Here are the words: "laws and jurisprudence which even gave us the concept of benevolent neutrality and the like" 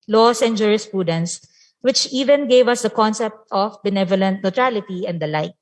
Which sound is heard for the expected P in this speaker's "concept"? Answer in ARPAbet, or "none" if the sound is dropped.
P